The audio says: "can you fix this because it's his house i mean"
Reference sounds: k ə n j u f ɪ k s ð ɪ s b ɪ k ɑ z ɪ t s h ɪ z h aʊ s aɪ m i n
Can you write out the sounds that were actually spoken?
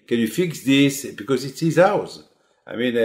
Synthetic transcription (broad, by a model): k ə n j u f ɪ k s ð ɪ s b ɪ k ɑ z ɪ t s h ɪ z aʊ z aɪ m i n